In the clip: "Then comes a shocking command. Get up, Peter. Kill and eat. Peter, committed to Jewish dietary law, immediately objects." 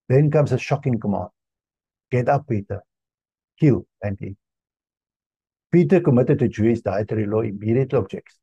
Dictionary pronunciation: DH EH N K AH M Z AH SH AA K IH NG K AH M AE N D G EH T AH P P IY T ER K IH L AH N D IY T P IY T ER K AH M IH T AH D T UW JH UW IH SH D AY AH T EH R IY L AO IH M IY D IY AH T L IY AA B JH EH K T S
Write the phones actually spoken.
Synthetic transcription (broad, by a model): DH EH N K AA M S AH SH AA K IH NG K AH M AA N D G EH T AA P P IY T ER K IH L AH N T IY P IY T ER K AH M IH T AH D T UW JH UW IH S D AY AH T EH R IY L AO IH M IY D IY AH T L AA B JH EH K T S